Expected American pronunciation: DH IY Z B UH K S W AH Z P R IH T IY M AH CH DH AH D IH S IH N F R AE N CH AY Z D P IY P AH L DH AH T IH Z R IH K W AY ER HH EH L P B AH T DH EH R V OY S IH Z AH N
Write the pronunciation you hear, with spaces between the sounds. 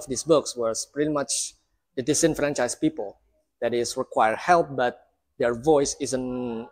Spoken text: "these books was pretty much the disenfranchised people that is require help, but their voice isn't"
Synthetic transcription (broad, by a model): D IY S B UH K S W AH S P R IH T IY M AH CH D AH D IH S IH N F R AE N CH AY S P IY P AH L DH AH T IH S R IH K W AY ER HH EH L P B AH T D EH R V OY S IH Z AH N